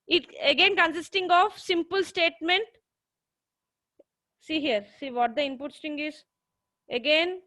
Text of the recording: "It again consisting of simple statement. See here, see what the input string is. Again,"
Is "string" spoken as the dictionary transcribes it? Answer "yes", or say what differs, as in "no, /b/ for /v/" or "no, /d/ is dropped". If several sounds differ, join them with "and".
no, /ɹ/ is dropped